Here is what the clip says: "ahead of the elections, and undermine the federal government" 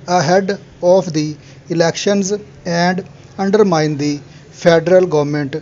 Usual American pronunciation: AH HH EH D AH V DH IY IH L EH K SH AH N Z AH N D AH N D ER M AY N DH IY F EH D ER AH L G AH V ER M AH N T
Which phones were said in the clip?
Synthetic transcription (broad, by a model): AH HH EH D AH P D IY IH L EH K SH AH N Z AH N D AH N D ER M AY N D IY P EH D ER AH L G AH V M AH N T